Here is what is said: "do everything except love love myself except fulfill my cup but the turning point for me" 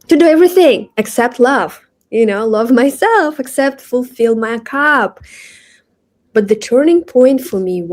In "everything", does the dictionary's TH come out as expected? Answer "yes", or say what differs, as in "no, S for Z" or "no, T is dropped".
yes